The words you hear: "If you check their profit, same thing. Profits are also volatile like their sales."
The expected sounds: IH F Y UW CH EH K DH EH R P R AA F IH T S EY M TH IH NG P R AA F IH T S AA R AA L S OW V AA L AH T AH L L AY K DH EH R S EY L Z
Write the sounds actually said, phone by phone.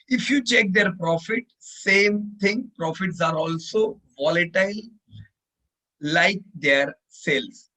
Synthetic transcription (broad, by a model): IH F Y UW CH EH K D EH R P R AA F IH T S EY M T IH NG P R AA F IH T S AA R AA L S OW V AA L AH T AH L L AY K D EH R S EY L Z